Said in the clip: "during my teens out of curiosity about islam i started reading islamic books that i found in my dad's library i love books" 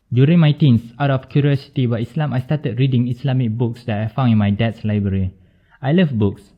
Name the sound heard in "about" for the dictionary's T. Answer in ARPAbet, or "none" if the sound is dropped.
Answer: none